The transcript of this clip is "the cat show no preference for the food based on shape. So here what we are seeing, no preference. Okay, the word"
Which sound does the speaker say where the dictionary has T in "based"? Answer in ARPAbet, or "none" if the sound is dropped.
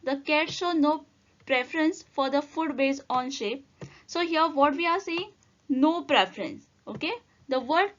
none